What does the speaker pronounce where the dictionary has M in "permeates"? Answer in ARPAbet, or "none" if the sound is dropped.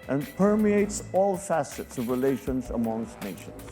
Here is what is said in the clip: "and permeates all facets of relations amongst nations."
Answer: M